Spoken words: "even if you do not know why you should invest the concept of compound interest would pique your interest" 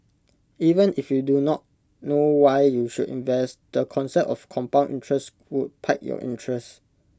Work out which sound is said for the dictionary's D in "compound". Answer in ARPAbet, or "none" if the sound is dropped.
none